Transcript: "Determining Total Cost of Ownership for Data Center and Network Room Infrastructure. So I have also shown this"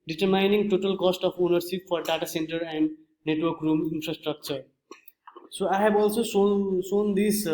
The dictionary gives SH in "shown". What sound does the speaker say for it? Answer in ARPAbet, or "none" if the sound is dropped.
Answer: S